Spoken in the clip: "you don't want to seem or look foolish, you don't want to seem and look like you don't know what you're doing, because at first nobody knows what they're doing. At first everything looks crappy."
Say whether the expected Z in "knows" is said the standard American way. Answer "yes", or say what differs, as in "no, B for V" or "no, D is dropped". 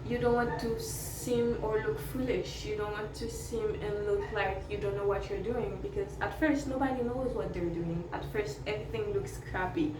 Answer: yes